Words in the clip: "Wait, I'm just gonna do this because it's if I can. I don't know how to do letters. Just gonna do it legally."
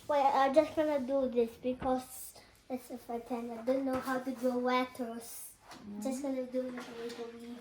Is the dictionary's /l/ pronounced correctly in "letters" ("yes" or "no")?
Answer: no